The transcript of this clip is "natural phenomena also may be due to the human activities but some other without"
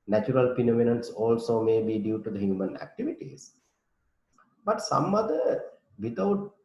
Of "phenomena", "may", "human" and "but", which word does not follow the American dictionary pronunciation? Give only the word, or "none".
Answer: phenomena